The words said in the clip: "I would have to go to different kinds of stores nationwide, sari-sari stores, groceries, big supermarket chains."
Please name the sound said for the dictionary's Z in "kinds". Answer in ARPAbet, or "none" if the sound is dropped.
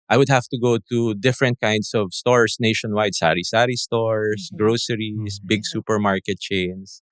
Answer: S